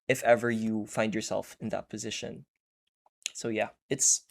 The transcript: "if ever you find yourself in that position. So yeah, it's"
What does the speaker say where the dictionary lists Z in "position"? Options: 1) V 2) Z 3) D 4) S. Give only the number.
2